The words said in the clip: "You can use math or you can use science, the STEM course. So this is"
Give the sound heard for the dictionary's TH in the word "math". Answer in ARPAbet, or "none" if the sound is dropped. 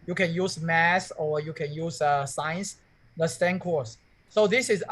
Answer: S